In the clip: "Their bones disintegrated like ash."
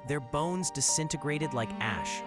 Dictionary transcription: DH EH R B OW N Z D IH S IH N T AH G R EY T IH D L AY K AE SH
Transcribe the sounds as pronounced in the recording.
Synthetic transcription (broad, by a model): DH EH R B OW N Z D IH S IH N T AH G R EY T IH D L AY K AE SH